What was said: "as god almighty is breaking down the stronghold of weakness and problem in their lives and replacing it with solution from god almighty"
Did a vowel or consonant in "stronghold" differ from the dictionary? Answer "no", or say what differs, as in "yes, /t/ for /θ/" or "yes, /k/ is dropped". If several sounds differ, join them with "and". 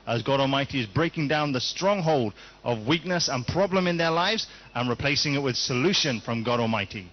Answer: no